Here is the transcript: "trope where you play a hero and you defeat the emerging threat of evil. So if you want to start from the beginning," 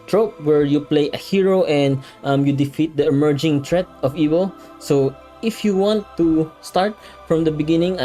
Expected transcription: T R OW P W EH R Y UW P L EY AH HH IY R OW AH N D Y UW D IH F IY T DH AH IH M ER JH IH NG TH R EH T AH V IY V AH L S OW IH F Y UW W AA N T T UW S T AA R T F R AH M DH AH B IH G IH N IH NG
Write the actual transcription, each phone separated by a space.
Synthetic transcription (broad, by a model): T R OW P W EH R Y UW P L EY AH HH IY R OW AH N D Y UW D IH F IY T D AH IH M ER JH IH NG T R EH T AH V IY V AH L S OW IH F Y UW W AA N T T UW S T AA R T F R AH M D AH B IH G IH N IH NG